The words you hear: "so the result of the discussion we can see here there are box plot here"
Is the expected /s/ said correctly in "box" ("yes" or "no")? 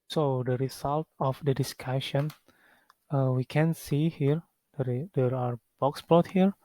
yes